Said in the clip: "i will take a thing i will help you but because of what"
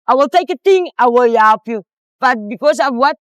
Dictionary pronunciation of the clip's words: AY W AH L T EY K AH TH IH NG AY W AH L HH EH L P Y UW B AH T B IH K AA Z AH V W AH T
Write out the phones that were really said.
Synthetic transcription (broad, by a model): AY W AH L T EY K AH T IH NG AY W AH L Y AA P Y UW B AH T B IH K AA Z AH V W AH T